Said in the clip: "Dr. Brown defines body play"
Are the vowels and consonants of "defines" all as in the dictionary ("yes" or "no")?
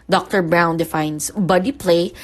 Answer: no